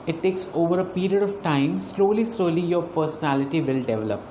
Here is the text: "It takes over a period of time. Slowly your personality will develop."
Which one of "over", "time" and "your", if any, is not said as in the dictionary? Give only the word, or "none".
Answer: your